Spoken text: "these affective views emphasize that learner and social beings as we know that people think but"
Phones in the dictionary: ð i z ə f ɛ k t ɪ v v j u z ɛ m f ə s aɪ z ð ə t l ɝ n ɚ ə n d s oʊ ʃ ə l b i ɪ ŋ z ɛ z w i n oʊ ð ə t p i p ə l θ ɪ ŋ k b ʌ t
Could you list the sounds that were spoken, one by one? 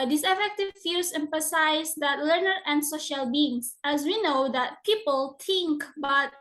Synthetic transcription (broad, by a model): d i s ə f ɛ k t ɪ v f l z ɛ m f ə s aɪ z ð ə t l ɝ n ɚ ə n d s oʊ ʃ ə l b i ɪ ŋ s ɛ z w i n oʊ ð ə t p i p ə l t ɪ ŋ k b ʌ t